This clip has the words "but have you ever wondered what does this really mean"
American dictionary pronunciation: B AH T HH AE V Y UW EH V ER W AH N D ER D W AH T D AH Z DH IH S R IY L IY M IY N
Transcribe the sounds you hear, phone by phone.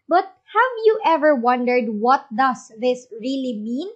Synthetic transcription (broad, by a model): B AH T HH AE V Y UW EH V ER W AH N D ER D W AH T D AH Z DH IH S R IY L IY M IY N